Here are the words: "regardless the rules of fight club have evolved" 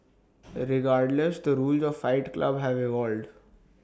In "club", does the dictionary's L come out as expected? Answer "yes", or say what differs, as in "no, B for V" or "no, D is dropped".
yes